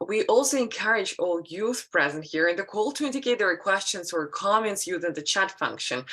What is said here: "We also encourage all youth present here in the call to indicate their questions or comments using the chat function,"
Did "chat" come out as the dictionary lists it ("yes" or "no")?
yes